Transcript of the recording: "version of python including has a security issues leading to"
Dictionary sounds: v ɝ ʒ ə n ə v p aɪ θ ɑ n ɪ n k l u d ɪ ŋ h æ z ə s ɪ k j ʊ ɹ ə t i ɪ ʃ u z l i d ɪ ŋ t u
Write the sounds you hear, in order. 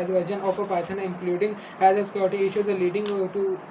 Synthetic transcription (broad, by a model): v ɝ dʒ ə n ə p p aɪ t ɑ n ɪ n k l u d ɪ ŋ h æ z ə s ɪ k j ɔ ɹ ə t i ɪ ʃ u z l i d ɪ ŋ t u